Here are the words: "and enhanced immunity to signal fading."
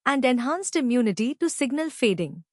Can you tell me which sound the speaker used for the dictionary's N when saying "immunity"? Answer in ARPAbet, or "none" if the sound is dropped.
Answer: N